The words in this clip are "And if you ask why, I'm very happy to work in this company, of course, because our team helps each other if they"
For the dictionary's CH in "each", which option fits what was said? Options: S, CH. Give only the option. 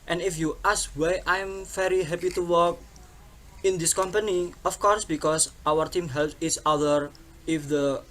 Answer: S